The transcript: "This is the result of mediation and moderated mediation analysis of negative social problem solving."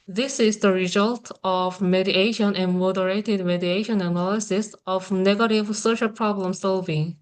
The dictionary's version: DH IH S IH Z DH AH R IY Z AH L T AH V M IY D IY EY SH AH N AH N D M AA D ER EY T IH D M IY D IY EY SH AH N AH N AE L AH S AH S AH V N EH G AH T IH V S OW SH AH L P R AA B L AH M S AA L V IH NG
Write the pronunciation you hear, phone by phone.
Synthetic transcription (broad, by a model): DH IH S IH Z DH AH R IY Z AH L T AH V M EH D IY EY SH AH N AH N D M AA D ER EY T IH D M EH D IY EY SH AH N AH N AE L AH S AH S AH V N EH G AH T IH V S OW SH AH L P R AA B L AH M S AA L V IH NG